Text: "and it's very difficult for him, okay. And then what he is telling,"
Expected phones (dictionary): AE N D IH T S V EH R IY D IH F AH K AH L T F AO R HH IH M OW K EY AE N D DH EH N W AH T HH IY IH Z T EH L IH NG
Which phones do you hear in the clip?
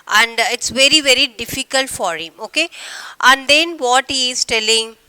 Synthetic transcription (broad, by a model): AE N D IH T S V EH R IY D IH F AH K AH L T F AO R HH IH M OW K EY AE N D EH N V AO T HH IY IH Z T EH L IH NG